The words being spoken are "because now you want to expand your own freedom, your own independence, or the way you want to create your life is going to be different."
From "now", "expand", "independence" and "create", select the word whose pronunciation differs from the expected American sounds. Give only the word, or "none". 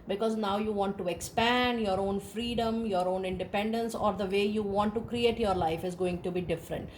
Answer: none